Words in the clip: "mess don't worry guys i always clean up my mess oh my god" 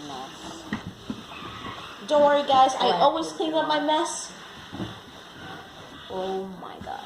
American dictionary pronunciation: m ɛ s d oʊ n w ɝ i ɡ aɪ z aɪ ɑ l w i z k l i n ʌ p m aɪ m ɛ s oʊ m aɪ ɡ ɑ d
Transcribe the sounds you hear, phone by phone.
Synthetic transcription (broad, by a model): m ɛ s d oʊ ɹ i ɡ aɪ z aɪ ɑ l w i z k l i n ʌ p m aɪ m ɛ s oʊ m aɪ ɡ ɑ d